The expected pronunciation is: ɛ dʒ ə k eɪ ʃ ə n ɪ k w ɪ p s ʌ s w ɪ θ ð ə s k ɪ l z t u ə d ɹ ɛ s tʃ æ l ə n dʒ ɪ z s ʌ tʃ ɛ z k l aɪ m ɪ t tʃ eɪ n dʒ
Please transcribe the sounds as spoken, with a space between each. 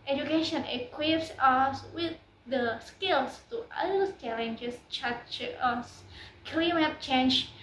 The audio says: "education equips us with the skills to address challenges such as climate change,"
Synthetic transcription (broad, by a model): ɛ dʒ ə k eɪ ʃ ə n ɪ k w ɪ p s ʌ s w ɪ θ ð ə s k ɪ l s t u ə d ʌ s tʃ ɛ l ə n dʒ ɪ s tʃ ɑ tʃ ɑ s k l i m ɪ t tʃ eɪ n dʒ